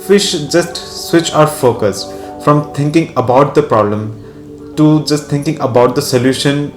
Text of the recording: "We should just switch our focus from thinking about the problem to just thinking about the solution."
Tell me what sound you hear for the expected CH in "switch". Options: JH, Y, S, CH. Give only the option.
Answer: CH